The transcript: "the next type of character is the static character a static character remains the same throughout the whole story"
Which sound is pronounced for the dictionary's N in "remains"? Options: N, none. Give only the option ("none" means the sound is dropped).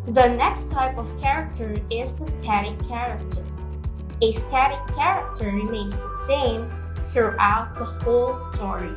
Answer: none